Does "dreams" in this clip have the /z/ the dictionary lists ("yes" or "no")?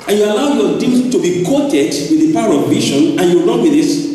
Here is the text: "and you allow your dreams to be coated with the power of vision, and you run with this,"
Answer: no